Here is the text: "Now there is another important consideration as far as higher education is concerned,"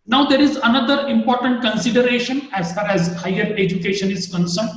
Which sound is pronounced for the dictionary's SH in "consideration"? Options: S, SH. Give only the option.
SH